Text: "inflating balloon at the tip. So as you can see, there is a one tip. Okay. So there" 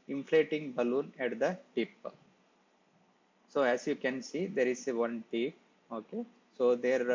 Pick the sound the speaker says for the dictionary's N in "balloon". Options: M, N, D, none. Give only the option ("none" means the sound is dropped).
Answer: N